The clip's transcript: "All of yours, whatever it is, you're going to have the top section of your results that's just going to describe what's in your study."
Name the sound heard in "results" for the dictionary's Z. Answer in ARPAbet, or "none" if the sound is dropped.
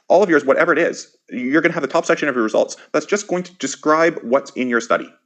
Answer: Z